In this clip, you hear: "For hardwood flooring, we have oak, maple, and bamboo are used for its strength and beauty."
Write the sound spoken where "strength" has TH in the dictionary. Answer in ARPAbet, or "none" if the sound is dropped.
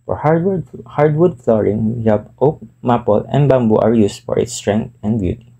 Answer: T